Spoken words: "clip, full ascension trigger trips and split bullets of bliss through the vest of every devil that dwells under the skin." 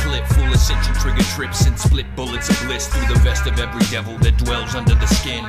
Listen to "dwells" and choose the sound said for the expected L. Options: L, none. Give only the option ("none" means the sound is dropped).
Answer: L